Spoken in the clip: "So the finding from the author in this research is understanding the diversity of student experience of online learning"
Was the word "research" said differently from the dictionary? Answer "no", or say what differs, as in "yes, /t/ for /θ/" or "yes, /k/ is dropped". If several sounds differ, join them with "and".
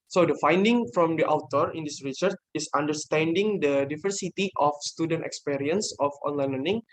no